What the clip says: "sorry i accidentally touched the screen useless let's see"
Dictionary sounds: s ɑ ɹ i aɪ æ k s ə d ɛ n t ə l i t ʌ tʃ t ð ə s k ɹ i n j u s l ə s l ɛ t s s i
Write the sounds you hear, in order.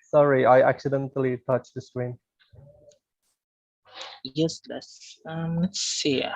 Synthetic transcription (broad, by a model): s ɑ ɹ i aɪ æ k s ə d ɛ n t ə l i t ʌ tʃ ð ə s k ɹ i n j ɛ s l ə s l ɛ t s s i